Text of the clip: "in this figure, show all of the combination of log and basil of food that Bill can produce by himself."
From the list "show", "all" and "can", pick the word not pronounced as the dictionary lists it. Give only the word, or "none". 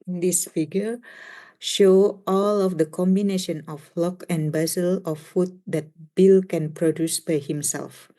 none